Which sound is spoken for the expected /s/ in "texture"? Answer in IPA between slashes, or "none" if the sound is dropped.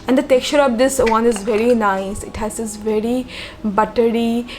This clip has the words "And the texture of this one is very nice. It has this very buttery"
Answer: none